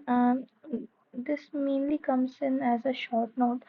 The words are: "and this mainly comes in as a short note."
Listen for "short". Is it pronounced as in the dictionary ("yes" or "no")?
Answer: yes